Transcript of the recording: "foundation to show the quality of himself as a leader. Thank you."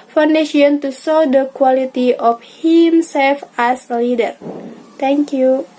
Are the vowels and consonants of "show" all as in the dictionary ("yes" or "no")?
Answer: no